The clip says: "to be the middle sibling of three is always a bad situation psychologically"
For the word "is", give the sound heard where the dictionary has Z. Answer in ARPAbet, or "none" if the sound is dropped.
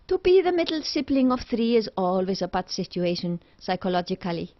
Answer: Z